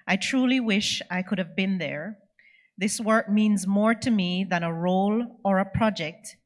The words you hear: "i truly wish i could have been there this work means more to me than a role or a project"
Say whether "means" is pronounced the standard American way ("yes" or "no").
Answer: yes